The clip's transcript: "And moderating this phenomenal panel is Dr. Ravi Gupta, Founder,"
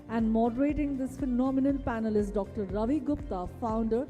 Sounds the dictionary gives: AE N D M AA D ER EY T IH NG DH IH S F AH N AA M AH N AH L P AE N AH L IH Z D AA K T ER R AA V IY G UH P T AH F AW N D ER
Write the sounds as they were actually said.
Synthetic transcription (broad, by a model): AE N D M AA D ER EY T IH NG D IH S F AH N AA M AH N AH L P AE N AH L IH S D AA K T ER R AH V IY G UH P T AH F AW N D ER